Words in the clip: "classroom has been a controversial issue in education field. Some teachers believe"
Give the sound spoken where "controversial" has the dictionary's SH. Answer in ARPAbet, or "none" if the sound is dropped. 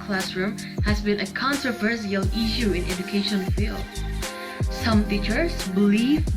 S